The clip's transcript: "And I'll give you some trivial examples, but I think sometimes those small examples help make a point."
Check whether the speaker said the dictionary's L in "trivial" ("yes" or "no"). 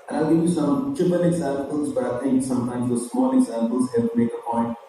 no